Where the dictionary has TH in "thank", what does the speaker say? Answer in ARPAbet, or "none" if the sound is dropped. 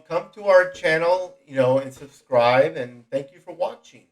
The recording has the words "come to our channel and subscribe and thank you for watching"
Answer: TH